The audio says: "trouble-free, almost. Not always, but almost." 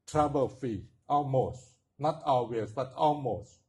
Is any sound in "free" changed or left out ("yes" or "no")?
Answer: yes